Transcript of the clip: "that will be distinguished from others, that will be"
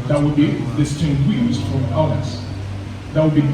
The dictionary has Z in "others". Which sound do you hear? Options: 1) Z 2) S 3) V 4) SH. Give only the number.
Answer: 2